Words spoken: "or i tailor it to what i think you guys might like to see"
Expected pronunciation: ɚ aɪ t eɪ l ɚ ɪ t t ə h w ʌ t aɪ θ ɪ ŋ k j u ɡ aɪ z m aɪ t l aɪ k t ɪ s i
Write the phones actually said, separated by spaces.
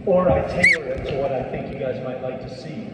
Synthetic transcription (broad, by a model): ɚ aɪ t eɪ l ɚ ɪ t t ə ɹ w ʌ t aɪ θ ɪ ŋ k j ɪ ɡ aɪ z m aɪ t l aɪ k t ɪ s i